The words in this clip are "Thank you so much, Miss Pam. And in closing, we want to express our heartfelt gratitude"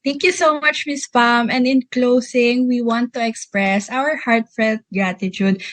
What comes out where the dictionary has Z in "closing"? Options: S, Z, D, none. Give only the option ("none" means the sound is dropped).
S